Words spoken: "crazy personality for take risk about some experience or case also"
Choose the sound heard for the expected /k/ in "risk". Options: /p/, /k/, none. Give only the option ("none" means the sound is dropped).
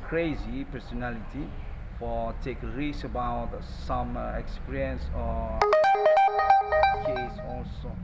none